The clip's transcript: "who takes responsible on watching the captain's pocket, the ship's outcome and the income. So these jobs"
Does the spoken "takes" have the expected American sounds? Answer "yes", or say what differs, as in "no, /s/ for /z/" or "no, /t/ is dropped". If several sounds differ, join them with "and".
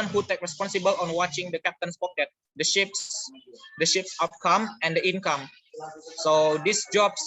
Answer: no, /s/ is dropped